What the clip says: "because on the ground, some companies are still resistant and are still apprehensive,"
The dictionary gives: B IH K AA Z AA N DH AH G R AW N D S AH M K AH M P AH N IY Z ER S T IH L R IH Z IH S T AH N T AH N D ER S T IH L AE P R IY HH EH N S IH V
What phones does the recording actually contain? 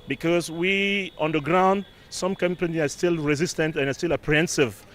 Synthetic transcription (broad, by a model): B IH K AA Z AA N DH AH G R AW N D S AH M K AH M P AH N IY AA S T IH L R IH Z IH S T AH N T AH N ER S T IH L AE P R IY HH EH N S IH V